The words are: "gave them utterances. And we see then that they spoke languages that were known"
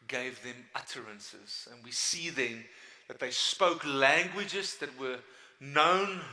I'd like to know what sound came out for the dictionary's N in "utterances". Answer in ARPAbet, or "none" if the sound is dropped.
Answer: N